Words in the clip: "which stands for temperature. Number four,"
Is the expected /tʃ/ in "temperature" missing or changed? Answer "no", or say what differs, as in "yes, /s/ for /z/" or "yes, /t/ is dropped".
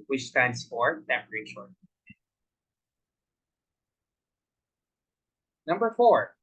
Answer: yes, /ʃ/ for /tʃ/